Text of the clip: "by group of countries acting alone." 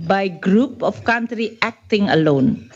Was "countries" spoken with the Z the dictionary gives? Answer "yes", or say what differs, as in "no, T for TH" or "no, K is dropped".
no, Z is dropped